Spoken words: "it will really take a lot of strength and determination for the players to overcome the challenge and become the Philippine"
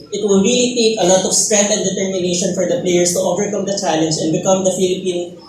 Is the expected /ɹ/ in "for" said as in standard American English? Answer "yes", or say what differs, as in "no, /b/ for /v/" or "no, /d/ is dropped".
yes